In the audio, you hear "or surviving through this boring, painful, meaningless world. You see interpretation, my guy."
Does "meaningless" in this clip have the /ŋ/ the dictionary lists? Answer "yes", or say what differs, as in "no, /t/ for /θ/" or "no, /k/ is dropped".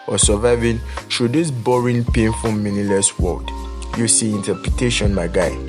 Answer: no, /ŋ/ is dropped